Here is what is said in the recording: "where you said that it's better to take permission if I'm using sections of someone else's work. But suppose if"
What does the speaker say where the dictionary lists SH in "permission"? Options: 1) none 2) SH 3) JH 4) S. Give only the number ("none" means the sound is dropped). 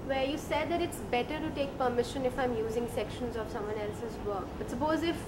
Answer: 2